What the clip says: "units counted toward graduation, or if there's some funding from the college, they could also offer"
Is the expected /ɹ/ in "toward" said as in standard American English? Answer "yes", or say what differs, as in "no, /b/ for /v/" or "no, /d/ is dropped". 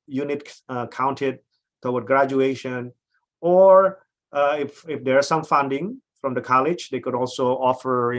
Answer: no, /w/ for /ɹ/